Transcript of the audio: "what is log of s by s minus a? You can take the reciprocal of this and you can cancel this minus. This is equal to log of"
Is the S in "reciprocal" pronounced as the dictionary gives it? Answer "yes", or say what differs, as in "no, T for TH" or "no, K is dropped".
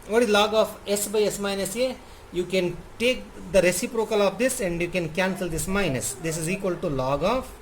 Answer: yes